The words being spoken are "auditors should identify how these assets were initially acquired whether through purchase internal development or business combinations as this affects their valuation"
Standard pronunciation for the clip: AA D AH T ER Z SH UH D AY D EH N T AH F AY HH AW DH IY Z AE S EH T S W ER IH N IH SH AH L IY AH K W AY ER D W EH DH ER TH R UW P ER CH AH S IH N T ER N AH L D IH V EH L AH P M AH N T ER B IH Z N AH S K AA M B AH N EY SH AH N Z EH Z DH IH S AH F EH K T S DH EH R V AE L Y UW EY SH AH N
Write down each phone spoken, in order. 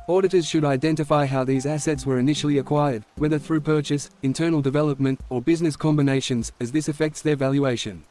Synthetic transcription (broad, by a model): AA D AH T ER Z SH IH D AY D EH N T AH F AY HH AW DH IY Z AE S EH T S W ER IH N IH SH L IY AH K W AY ER D W EH DH ER TH R UW P ER CH AH S IH N T ER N L D IH V EH L AH P M AH N T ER B IH Z N AH S K AA M B AH N EY SH AH N Z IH Z DH IH S AH F EH K T S DH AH R V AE L Y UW EY SH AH N